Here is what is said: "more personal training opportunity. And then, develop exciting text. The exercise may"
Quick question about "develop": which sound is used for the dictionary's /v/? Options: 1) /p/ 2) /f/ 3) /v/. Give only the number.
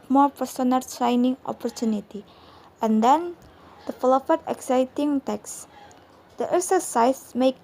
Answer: 2